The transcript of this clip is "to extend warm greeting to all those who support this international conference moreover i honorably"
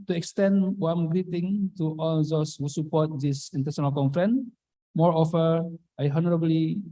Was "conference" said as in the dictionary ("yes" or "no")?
no